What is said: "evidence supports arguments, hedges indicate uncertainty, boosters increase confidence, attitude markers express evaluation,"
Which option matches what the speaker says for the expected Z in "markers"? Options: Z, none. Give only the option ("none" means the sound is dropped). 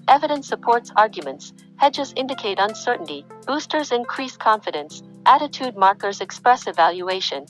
Z